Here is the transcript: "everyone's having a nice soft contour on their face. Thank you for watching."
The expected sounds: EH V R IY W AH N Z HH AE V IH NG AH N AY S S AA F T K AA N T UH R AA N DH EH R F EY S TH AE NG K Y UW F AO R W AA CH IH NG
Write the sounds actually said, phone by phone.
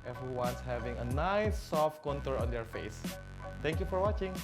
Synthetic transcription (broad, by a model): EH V R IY W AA N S HH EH V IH NG AH N AY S S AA F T K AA N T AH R AA N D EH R F EY S T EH NG K Y UW F AO R W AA CH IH NG